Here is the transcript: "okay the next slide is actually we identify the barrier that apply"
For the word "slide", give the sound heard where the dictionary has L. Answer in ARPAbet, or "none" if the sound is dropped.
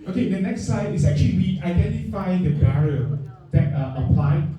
none